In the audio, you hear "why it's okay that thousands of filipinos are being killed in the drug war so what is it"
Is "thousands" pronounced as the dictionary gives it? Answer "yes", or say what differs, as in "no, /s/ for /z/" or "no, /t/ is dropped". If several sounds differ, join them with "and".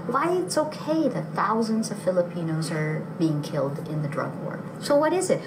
yes